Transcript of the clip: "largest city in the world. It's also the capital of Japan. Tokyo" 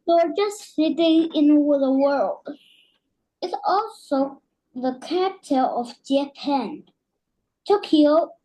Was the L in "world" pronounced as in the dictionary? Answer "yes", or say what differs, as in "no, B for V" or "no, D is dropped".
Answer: yes